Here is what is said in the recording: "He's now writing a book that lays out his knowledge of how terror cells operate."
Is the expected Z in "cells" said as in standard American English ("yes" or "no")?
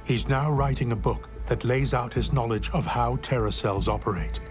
yes